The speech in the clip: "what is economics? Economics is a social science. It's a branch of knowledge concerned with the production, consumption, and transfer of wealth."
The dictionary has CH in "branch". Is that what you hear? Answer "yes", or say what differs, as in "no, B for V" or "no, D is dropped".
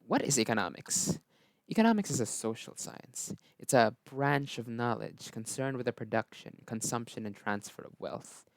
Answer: yes